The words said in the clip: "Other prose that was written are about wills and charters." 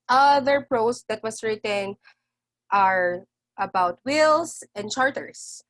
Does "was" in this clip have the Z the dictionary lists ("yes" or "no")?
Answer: no